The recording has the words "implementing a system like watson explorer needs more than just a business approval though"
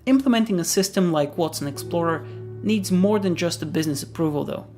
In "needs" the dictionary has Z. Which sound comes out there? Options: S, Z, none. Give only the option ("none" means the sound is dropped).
Z